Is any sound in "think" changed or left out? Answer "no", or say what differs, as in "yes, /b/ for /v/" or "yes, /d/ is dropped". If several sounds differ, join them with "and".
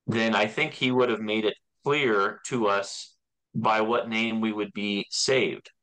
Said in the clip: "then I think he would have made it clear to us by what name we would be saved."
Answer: no